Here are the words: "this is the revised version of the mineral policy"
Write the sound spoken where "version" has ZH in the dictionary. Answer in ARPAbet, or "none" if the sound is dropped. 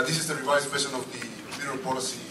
SH